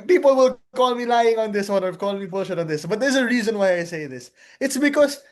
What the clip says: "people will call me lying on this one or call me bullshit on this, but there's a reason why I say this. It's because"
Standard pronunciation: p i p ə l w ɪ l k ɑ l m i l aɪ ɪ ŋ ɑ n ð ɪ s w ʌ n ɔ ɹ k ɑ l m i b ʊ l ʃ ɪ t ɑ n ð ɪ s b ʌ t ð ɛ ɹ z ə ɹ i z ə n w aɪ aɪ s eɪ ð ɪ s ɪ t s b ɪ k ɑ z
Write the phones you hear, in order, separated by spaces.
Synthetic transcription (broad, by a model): p i p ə l w ɪ l k ɑ l m i l aɪ ɪ ŋ ɑ n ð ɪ s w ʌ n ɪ l k ɑ l m i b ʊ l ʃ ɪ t ɑ n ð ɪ s b ʌ t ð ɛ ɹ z ə ɹ i z ə n w aɪ aɪ s eɪ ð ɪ s ɪ t s b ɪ k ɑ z